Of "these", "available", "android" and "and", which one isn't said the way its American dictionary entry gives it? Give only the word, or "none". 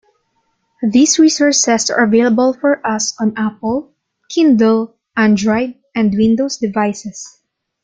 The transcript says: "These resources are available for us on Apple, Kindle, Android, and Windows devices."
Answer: these